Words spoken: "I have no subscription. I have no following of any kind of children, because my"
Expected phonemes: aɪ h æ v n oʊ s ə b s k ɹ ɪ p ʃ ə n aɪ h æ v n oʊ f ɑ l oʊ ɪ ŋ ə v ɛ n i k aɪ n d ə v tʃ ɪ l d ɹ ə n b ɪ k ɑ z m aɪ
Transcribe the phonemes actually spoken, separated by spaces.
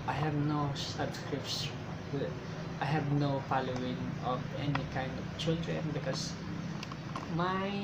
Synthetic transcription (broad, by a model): aɪ h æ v n oʊ s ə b s k ɹ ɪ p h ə aɪ h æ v n oʊ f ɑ l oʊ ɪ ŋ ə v ɛ n i k aɪ n d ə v tʃ ɪ l d ɹ ə n b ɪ k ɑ s m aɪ